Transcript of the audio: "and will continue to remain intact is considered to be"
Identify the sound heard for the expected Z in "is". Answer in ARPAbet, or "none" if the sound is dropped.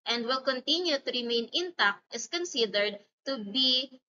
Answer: S